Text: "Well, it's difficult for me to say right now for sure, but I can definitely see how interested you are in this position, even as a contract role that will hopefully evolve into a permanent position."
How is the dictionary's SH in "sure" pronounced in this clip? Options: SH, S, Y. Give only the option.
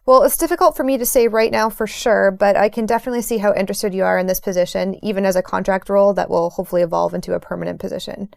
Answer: SH